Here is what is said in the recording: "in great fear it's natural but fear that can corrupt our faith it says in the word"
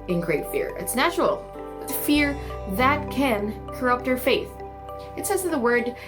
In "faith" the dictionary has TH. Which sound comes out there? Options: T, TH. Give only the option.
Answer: TH